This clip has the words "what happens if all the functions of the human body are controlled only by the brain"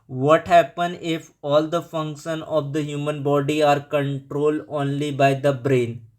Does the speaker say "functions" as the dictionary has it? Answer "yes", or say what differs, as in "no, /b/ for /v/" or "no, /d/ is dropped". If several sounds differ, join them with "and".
no, /z/ is dropped